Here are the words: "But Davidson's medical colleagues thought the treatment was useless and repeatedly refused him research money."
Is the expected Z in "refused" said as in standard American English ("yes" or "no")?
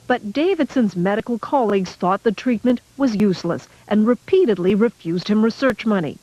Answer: yes